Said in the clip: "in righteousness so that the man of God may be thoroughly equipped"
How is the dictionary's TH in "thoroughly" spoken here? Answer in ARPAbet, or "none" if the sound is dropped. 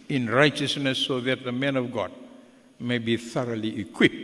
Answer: TH